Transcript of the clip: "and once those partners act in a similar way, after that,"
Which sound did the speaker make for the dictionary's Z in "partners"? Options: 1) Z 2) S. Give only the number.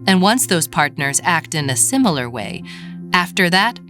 1